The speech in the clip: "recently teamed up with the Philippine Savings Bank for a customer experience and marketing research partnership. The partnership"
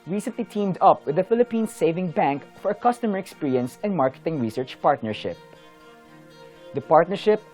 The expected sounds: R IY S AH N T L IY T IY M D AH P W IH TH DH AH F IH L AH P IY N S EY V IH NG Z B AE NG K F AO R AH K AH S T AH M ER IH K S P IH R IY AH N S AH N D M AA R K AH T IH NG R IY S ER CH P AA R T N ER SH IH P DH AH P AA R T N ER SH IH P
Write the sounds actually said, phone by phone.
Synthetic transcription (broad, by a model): R IY S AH N T L IY T IY M D AH P W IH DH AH F IH L AH P IY N S EY V IH NG B AE NG K F AO R AH K AH S T AH M ER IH K S P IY R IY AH N S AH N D M AA R K AH T IH NG R IY S ER CH P AA R T N ER SH IH P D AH P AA R T N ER SH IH P